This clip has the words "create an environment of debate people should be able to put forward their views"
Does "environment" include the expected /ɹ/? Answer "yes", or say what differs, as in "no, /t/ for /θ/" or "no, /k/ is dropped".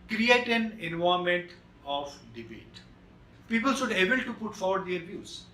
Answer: no, /ɹ/ is dropped